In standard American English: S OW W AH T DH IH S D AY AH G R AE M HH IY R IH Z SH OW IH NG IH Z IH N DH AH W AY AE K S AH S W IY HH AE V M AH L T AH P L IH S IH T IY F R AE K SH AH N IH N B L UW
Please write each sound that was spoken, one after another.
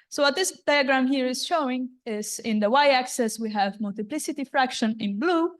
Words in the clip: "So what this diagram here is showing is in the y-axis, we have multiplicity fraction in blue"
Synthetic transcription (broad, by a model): S OW W AH T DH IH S D AY AH G R AE M HH IY R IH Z SH OW IH NG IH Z IH N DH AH W AY AE K S AH S W IY HH AE V M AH L T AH P L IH S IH T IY F R AE K SH AH N IH N B L UW